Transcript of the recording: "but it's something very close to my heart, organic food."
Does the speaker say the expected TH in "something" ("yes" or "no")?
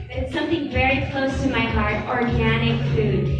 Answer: yes